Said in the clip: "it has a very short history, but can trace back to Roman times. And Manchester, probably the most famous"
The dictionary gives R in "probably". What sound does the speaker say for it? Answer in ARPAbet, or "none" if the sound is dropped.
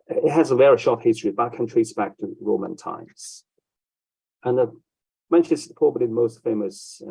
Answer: none